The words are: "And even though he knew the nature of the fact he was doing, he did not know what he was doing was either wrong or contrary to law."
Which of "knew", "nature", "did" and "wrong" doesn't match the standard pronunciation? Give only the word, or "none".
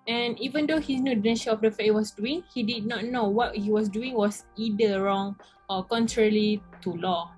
nature